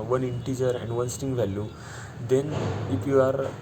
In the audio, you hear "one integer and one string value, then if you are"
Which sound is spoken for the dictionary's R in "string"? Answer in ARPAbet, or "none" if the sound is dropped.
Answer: none